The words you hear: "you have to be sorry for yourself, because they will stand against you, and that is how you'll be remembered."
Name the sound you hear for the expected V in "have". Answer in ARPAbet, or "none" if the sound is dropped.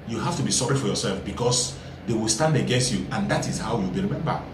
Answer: F